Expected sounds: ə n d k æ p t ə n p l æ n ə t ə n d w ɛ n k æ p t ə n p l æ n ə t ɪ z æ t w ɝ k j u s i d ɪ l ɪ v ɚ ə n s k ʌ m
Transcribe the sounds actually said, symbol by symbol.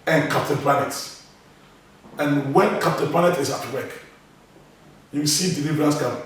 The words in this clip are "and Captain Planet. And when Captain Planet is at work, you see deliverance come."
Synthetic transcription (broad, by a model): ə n k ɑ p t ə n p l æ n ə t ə n w ɛ n k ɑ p t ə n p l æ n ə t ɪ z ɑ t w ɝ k j u s i d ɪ l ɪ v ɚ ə s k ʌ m